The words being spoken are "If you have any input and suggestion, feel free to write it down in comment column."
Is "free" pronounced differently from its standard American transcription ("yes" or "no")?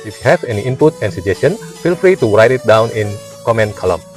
no